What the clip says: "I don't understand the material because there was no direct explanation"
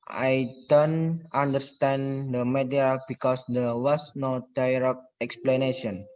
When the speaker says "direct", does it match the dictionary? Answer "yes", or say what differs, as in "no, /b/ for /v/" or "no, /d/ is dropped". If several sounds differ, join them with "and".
no, /t/ is dropped